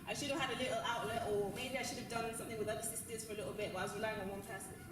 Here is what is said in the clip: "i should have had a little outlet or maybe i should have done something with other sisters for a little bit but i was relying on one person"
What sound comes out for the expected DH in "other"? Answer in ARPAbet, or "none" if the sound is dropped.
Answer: none